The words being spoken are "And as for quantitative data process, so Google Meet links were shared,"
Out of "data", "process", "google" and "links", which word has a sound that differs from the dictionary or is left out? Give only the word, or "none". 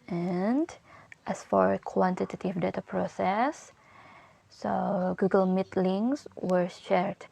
links